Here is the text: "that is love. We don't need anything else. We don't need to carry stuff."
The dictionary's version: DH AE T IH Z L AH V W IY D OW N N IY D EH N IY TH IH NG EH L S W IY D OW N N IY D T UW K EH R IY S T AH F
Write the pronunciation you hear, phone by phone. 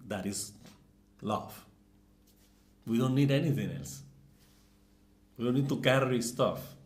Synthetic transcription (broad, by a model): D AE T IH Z L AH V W IY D OW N N IY D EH N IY T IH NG EH L S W IY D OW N N IY D T UW K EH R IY S T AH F